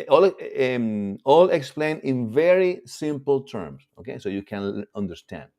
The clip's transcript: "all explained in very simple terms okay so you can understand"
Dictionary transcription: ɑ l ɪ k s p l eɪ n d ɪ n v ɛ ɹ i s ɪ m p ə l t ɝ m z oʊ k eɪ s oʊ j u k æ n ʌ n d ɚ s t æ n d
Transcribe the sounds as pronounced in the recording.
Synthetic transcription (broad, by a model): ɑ l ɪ k s p l eɪ n ɪ n v ɛ ɹ i s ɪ m p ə l t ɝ m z oʊ k eɪ s oʊ j u k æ n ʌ n d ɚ s t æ n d